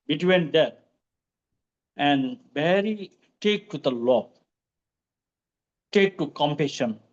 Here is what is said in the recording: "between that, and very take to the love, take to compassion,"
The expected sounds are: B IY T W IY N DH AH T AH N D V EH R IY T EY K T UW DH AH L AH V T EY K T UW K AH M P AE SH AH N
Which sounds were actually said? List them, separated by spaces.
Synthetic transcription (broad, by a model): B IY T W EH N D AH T AH N D B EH R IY T EY K T UW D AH L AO B T EY K T UW K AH M P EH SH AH N